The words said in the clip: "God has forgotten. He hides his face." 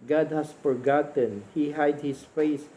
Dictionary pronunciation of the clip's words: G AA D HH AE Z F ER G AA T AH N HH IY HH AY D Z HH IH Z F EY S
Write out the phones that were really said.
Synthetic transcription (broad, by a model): G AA D HH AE S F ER G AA T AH N HH IY HH AY D HH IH S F EY S